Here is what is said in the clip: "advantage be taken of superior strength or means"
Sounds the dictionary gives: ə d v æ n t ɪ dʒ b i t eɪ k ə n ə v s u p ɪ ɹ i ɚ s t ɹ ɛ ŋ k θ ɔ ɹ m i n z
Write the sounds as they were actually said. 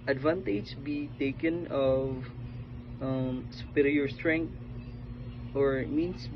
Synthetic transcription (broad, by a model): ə d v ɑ n t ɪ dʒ b i t eɪ k ə n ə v s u p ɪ ɹ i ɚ s t ɹ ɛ ŋ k t ɔ ɹ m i n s